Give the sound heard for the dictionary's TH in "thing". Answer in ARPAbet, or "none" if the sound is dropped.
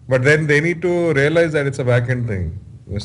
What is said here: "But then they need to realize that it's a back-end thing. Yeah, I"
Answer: T